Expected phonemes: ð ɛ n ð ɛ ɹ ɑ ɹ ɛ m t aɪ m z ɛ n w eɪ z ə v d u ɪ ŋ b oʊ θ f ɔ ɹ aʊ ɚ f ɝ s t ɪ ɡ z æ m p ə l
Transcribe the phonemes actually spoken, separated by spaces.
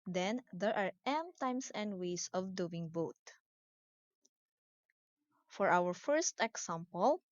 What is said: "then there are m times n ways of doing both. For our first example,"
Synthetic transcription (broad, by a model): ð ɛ n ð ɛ ɹ ɑ ɹ ɛ m t aɪ m s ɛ n w eɪ s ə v d u ɪ ŋ b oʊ t f ɔ ɹ aʊ ɚ f ɝ s t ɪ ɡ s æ m p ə l